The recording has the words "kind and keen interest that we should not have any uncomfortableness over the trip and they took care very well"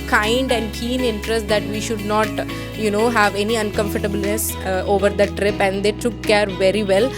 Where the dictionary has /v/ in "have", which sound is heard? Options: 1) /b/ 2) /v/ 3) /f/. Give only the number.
2